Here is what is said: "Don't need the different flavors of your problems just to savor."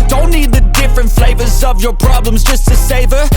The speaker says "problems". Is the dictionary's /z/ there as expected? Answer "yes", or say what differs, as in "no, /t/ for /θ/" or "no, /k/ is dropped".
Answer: yes